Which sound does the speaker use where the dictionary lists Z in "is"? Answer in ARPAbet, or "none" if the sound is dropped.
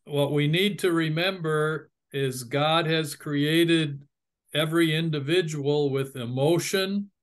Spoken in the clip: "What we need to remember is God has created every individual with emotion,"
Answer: Z